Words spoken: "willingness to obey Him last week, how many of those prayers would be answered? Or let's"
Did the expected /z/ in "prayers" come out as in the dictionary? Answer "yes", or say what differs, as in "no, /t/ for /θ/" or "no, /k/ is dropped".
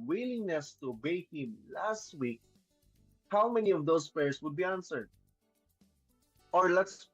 no, /s/ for /z/